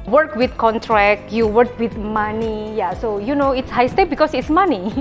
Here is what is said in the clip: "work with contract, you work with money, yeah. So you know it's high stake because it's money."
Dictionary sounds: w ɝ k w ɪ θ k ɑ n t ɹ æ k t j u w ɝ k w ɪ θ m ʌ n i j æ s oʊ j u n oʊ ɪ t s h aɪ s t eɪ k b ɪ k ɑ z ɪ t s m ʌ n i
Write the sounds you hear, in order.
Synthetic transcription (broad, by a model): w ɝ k w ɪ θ k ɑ n t ɹ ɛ k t j u w ɝ k w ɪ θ m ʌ n i j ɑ s oʊ j u n oʊ ɪ t s h aɪ s t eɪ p b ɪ k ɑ s ɪ t s m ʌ n i